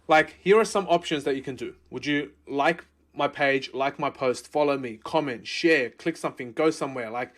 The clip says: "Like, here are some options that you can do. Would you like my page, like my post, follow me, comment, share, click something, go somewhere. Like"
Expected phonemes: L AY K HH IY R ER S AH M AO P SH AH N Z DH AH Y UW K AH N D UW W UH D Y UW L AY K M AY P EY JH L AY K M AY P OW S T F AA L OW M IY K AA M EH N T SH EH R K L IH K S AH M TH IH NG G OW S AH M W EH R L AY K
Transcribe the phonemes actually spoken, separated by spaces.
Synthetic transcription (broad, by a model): L AY K HH IY R ER S AH M AO P SH AH N Z DH AH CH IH K AH N D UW W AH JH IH L AY K M AY P EY JH L AY K M AY P OW S T F AA L OW M IY K AA M EH N T SH EH R K L IH K S AH M TH IH NG G OW S AH M W EH R L AY K